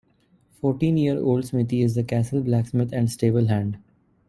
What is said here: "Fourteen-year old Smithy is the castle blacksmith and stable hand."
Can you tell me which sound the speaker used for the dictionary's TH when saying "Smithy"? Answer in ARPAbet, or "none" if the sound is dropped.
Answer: T